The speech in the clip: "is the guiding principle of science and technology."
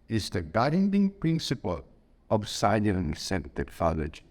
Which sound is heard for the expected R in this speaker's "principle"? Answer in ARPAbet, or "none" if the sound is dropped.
R